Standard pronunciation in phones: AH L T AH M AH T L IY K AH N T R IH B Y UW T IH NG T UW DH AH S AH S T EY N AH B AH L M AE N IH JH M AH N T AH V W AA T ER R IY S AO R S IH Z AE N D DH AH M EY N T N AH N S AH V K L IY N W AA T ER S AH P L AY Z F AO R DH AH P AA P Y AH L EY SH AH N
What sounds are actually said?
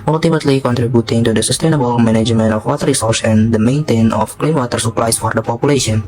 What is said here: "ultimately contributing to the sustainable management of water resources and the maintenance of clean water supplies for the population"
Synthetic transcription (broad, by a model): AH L T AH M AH T L IY K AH N T R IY B Y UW T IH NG T UW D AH S AH S T EY N AH B AH L M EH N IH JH M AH N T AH F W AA T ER R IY S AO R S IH N D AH M EY N T AH N AH F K L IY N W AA T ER S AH P L AY S F AO R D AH P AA P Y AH L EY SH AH N